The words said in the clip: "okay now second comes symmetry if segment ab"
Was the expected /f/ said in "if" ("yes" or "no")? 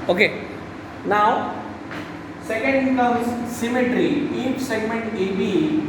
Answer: no